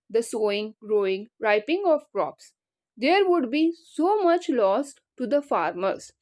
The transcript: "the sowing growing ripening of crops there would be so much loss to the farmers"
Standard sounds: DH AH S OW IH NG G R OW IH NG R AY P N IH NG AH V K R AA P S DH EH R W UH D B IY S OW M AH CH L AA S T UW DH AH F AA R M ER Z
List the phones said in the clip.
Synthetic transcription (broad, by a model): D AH S OW IH NG G R OW IH NG R AY P IH NG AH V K R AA P S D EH R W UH D B IY S OW M AH CH L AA S T UW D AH F AA R M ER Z